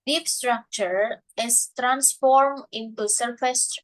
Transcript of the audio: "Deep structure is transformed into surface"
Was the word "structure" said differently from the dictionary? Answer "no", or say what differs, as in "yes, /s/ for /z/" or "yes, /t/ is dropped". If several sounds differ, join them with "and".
no